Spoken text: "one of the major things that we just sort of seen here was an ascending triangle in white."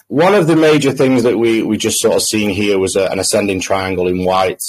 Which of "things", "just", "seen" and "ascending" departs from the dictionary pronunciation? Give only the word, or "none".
none